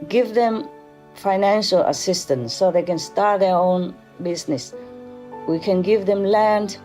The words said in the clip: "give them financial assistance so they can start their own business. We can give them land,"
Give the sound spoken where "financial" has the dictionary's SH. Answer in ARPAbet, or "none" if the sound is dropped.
SH